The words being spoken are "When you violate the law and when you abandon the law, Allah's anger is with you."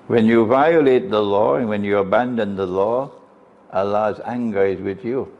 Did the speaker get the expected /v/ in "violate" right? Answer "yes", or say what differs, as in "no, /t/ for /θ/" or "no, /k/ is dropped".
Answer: yes